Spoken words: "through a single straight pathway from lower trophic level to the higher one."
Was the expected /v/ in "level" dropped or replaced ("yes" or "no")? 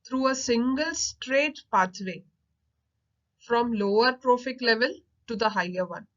no